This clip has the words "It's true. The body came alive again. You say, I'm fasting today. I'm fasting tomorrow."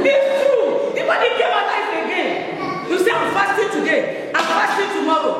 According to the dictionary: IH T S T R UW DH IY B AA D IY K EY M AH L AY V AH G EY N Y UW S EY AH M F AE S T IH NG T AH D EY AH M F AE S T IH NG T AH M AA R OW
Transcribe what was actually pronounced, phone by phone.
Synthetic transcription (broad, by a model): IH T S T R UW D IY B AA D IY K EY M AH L AY F AH G EY N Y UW S EY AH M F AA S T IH T AH D EY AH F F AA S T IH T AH M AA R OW